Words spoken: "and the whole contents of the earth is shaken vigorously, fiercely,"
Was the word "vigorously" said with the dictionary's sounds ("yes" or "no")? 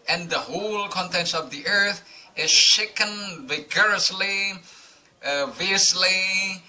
yes